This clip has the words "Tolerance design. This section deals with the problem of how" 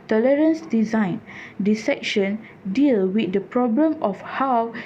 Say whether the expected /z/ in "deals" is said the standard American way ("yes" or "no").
no